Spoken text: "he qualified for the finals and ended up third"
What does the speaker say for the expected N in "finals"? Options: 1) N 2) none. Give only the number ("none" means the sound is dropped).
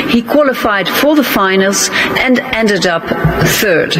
1